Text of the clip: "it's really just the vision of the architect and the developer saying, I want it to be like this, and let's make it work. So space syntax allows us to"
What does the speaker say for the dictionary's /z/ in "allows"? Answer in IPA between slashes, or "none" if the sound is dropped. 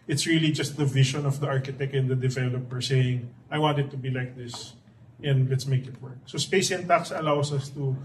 /s/